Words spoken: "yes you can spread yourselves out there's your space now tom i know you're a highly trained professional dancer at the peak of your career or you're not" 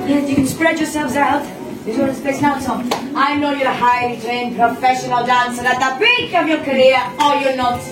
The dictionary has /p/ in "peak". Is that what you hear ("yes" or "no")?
no